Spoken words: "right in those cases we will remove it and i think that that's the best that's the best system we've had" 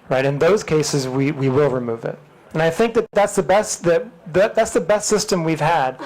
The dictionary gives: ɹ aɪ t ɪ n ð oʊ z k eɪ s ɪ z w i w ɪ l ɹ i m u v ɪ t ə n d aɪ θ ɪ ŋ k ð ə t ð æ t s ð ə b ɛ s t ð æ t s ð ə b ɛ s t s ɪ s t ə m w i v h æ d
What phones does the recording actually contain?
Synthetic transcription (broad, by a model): ɹ aɪ t ɪ n ð oʊ z k eɪ s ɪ z w i w ɪ l ɹ i m u v ɪ t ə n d aɪ θ ɪ ŋ k ð ə t ð æ t s ð ə b ɛ s t ð æ t s ð ə b ɛ s t s ɪ s t ə m w i v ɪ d